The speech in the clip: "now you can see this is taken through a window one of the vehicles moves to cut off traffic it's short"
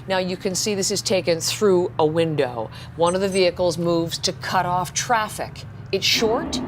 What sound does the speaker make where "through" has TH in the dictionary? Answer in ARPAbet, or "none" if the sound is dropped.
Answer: TH